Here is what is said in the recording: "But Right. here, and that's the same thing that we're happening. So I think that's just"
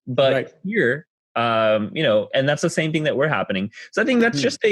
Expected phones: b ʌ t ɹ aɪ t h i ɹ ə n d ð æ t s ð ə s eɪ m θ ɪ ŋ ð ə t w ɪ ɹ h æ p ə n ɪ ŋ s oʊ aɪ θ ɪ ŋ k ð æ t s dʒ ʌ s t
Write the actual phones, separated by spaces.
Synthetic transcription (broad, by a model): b ʌ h ɹ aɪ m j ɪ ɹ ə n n ð æ t s ð ə s eɪ m θ ɪ ŋ ð ə t w ɪ ɹ h æ p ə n ɪ ŋ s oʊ aɪ θ ɪ ŋ k ð æ t s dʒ ʌ s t